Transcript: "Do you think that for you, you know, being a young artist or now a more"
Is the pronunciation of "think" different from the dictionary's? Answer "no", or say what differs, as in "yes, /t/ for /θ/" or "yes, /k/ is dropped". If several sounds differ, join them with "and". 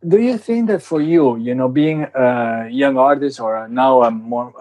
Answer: no